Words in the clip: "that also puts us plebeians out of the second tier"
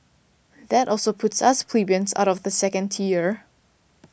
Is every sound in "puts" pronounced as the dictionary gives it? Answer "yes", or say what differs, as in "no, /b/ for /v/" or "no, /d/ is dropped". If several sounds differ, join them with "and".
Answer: yes